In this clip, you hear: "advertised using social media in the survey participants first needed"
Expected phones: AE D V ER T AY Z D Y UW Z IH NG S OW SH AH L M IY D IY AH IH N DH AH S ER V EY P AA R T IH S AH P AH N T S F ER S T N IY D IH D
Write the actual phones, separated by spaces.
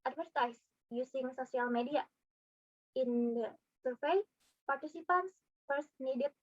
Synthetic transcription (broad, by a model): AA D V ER T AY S Y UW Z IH NG S OW S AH L M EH D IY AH IH N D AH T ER F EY P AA R T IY S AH P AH N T S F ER S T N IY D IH